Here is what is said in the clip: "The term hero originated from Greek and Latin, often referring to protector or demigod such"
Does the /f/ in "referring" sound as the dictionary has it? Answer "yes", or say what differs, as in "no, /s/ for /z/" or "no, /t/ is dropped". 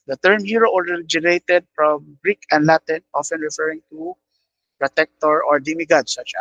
yes